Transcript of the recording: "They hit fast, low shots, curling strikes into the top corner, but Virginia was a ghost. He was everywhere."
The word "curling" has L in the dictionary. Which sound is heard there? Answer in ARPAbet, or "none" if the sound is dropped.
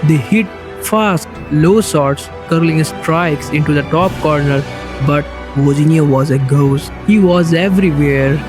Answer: L